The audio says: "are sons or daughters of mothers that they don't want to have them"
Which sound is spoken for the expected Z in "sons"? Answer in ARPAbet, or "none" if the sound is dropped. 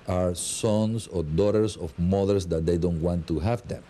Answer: S